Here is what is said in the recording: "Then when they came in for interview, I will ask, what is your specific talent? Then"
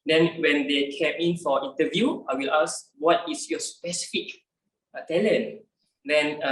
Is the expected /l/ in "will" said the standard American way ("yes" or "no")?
yes